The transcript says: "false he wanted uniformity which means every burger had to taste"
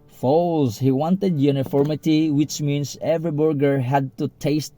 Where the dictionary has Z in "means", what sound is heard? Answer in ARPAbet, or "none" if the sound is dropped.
S